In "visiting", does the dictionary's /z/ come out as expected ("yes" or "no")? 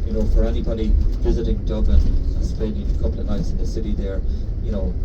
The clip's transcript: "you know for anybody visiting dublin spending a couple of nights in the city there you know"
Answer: yes